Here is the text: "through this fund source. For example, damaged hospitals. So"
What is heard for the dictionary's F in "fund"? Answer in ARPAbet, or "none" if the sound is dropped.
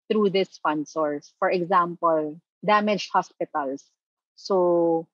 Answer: P